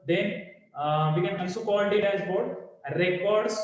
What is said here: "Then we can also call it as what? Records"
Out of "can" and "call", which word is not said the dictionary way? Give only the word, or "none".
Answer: call